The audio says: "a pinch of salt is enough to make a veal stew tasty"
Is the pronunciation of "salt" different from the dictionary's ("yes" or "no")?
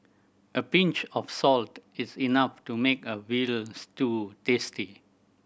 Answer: no